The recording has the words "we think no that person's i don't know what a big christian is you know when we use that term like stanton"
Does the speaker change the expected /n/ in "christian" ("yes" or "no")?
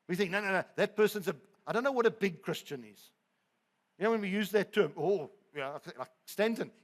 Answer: no